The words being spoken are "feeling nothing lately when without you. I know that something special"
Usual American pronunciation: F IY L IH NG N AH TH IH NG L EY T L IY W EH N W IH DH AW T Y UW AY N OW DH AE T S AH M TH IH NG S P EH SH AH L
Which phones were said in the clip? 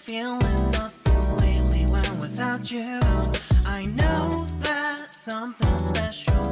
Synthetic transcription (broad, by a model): F IY L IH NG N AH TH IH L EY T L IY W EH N W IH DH AW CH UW AY N OW DH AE T S AH M TH IH NG S P EH SH L